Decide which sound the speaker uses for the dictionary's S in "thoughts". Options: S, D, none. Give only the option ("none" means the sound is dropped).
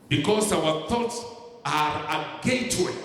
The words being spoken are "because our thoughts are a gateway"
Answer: S